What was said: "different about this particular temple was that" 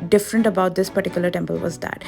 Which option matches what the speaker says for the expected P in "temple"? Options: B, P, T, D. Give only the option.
P